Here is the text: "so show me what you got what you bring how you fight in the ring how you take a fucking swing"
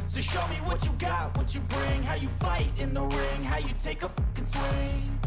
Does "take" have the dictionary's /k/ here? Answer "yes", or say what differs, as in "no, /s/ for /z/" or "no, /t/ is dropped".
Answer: no, /k/ is dropped